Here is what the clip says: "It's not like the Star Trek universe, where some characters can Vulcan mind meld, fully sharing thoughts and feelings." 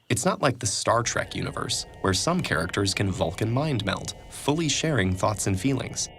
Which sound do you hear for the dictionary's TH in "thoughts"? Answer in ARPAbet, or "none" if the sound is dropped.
TH